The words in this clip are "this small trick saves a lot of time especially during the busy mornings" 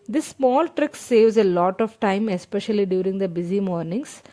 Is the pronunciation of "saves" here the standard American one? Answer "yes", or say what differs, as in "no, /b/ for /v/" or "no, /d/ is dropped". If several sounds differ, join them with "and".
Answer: yes